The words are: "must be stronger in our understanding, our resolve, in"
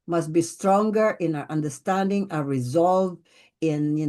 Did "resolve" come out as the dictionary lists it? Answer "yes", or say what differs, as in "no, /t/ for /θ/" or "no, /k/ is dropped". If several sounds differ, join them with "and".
yes